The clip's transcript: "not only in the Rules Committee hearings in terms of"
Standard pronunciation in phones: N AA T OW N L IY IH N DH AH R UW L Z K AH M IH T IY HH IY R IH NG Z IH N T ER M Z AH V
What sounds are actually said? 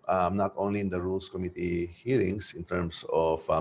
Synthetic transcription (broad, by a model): N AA T OW N L IY IH N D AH R UW L S K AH M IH T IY HH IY R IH NG S IH N T ER M S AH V